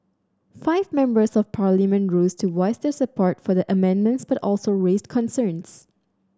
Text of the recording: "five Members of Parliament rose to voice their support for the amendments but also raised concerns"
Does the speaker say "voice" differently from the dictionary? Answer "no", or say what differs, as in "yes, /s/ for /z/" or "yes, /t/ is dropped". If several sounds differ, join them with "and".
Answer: yes, /w/ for /v/